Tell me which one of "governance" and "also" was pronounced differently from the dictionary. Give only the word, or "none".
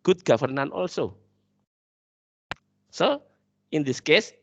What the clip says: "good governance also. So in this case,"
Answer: governance